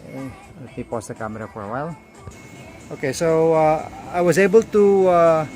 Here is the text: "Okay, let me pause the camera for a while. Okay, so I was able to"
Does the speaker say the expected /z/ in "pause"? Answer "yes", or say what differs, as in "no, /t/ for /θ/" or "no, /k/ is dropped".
no, /s/ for /z/